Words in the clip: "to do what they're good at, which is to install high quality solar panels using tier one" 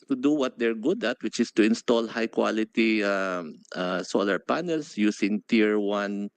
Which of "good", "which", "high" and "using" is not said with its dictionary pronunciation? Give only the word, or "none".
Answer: using